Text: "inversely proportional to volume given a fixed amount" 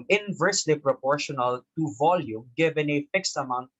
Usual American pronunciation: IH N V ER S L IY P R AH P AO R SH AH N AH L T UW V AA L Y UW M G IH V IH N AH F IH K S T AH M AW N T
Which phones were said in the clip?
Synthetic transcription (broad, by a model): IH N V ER S L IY P R AH P AO R SH AH N AH L T UW V AA L Y UW M G IH V IH N AH F IH K S T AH M AW N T